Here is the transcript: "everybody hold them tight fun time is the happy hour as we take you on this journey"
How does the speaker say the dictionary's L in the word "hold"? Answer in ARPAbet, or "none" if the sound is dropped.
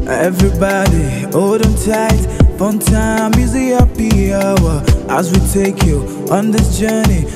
none